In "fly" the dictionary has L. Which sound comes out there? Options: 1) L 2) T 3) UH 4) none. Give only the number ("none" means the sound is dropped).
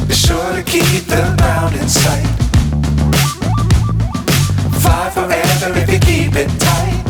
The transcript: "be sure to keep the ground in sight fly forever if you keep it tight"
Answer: 4